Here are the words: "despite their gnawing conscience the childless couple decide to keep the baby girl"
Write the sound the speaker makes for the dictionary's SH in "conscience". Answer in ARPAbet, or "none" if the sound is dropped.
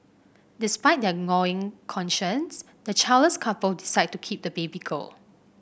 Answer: SH